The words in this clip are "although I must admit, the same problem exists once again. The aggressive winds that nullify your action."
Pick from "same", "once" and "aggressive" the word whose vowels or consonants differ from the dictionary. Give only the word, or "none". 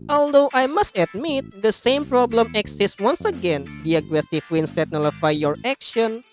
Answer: aggressive